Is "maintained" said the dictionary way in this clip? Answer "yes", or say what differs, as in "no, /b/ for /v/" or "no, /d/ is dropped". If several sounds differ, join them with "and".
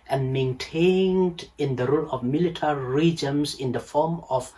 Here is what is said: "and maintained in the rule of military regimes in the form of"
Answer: yes